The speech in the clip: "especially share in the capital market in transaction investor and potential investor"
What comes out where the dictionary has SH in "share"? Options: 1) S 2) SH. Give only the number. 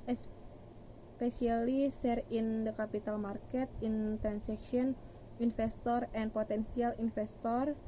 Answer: 1